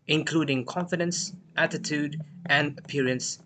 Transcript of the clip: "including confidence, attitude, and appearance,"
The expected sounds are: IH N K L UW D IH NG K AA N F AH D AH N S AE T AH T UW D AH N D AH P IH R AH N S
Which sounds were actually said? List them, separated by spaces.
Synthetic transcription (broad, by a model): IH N K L UW D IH NG K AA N F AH D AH N S AE T AH T UW D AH N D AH P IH R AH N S